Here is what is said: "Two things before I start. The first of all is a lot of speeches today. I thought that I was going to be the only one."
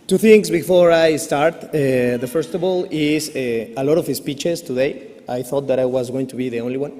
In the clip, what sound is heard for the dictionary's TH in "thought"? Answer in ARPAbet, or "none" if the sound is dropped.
TH